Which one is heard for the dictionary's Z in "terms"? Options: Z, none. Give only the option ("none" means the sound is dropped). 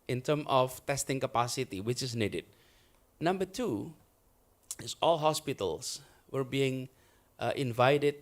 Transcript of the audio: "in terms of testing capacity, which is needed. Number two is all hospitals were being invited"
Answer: none